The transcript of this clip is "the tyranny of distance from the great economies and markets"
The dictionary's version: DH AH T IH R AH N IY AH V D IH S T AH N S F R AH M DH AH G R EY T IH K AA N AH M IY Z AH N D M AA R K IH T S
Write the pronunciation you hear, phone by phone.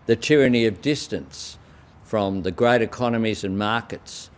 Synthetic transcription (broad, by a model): DH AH T IH R AH N IY AH V D IH S T AH N S F R AH M DH AH G R EY T IH K AA N AH M IY Z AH N M AA R K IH T S